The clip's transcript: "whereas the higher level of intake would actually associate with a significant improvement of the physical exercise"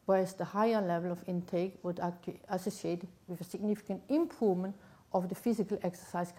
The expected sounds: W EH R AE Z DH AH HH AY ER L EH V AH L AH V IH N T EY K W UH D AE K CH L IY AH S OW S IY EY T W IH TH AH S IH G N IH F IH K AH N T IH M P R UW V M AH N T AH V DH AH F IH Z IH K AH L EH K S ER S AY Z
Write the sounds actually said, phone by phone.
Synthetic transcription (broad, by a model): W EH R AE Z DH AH HH AY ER L EH V AH L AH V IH N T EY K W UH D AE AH S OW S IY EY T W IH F AH S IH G N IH F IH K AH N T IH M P UW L M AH N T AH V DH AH F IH S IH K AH L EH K S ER S AY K